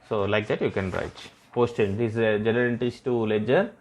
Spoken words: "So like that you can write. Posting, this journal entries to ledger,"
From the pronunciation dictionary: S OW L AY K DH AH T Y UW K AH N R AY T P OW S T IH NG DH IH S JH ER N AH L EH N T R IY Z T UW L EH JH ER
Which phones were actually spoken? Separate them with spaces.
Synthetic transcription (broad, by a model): S OW L AY K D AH T Y UW K AH N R AY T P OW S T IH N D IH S JH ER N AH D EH N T IY S T UW L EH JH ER